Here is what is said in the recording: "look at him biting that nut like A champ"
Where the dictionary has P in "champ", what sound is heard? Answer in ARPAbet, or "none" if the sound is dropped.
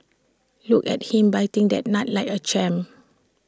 none